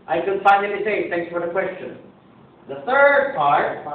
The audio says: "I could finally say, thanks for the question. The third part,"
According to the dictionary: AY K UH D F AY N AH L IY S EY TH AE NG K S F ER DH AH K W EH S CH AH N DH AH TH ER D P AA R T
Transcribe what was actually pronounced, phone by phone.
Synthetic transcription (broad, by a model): AY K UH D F AY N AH N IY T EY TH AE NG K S F ER DH AH K W EH S CH AH N DH AH TH ER D P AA R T